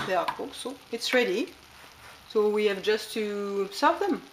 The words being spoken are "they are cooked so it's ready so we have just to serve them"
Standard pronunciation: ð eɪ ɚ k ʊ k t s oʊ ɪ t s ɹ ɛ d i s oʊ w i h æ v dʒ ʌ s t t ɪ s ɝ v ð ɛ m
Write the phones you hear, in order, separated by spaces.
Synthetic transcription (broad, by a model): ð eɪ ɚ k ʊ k s oʊ ɪ t s ɹ ɛ d i s oʊ w i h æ v dʒ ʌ s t t ɪ s ɝ v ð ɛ m